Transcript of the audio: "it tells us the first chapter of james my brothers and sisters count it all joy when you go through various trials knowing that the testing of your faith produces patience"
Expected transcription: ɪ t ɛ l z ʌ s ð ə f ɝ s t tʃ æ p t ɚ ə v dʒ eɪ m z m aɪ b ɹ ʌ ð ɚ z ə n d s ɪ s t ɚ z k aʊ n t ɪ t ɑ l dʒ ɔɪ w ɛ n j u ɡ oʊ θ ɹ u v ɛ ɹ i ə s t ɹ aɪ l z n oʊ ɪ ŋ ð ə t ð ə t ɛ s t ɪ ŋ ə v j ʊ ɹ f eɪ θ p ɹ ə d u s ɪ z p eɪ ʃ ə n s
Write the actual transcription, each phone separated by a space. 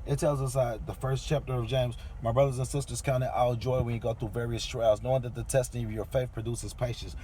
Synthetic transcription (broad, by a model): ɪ t ɛ l z ʌ s ð ə f ɝ s tʃ æ p t ɚ ə v dʒ eɪ m z m aɪ b ɹ ʌ ð ɚ z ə n s ɪ s t ɚ z k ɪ n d ɪ t ɑ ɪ dʒ ɔɪ w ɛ n j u ɡ oʊ θ ɹ u v ɛ ɹ i ə s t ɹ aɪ l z n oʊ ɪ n ð ə t ð ə t ɛ s t ɪ ŋ ə v j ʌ ɹ f eɪ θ p ɹ ə d u s ɪ z p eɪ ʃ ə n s